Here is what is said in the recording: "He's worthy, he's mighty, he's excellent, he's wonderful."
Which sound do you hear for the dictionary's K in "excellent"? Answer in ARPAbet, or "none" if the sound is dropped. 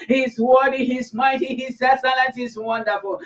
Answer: none